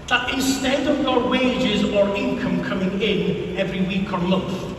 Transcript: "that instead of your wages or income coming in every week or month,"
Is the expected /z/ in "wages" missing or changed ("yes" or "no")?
no